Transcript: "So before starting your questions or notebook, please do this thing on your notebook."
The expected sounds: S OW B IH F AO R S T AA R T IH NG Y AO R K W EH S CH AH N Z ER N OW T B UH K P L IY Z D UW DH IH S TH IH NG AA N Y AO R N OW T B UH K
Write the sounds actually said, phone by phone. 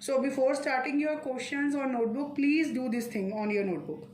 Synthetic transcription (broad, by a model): S OW B IH F AO R S T AA R T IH NG Y AO R K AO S SH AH N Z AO N OW T B UH K P L IY Z D UW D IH S T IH NG AA N Y AO R N OW T B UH K